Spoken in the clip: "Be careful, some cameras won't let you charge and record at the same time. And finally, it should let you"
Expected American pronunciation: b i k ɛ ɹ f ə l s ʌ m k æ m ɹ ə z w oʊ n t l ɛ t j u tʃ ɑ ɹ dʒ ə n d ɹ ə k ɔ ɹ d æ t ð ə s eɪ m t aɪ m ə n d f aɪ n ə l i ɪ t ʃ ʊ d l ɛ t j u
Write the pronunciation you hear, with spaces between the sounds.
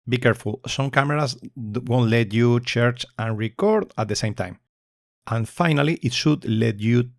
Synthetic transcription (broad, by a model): b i k ɛ ɹ f ə l s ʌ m k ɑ m ɹ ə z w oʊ n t l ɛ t j u tʃ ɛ ɹ tʃ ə n ɹ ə k ɔ ɹ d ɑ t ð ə s eɪ m t aɪ m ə n f aɪ n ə l i ɪ t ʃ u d l ɛ t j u